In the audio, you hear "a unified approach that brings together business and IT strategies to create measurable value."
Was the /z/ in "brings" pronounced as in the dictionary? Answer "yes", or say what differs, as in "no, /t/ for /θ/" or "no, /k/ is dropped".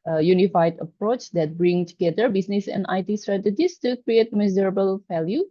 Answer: no, /z/ is dropped